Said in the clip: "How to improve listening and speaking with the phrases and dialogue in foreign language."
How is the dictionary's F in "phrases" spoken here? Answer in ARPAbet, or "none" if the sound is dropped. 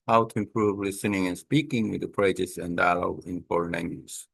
P